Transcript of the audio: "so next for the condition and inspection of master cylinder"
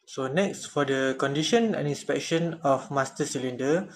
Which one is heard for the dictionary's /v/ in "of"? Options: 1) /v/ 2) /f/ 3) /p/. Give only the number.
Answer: 2